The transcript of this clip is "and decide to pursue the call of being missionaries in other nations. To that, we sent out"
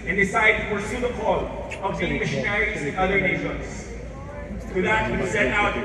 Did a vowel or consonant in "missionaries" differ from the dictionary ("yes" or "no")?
no